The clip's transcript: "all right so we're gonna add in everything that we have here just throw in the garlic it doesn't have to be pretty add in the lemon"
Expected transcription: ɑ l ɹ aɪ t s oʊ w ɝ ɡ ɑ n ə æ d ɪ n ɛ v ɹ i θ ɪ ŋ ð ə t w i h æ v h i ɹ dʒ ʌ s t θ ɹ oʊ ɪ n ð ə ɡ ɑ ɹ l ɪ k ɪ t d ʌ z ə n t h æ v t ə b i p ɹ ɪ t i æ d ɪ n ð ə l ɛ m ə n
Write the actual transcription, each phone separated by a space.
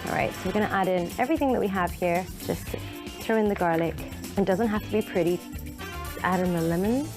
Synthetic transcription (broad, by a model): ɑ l ɹ aɪ t s oʊ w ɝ ɡ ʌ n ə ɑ d ɪ n ɛ v ɹ i θ ɪ ŋ ð ə t w i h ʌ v h i ɹ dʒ ʌ s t θ ɹ oʊ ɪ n ð ə ɡ ɑ ɹ l ɪ k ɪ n d ʌ z ə n t h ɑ f t ə b i p ɹ ɪ t i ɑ d ɪ n ð ə l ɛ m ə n